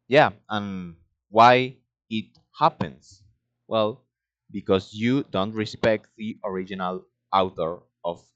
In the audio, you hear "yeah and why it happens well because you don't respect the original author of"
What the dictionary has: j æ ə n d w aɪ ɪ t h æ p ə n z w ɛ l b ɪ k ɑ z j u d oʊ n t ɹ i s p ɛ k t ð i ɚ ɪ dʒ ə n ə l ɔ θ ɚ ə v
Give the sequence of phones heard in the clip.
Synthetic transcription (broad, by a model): j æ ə n w aɪ ɪ t h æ p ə n s w ɛ l b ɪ k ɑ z j u d oʊ n t ɹ i s p ɛ k t ð i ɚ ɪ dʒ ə n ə l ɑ t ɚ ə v